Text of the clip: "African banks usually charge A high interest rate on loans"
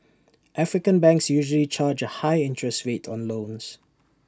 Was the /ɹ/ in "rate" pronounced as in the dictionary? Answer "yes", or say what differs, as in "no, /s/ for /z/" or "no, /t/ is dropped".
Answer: no, /w/ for /ɹ/